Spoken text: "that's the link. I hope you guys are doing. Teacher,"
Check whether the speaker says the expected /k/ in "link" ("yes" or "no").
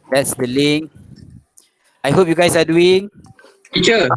no